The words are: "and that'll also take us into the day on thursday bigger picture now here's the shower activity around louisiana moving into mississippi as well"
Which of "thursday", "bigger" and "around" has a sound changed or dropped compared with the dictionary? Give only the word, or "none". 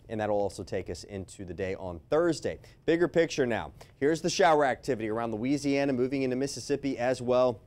none